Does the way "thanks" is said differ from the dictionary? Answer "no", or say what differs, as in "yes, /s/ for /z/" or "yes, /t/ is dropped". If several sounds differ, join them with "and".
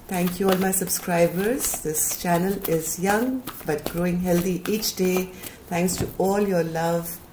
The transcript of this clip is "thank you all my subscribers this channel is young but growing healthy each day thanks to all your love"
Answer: yes, /t/ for /θ/